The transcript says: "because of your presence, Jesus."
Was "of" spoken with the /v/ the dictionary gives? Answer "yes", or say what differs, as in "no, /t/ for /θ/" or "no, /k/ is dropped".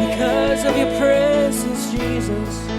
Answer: yes